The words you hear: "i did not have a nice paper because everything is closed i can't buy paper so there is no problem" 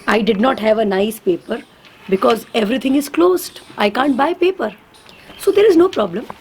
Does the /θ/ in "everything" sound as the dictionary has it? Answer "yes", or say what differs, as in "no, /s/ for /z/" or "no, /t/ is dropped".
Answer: no, /t/ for /θ/